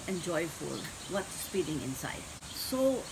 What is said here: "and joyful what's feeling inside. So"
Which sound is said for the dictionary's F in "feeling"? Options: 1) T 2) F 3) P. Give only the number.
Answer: 3